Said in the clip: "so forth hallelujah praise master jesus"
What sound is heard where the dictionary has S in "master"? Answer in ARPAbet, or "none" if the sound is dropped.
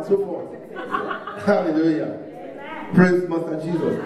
none